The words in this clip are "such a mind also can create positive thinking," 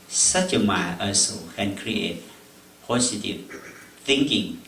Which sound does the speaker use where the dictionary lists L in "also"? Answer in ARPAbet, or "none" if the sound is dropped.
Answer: none